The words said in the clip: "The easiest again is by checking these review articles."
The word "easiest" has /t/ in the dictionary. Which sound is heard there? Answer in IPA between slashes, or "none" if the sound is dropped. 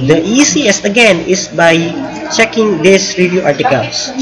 none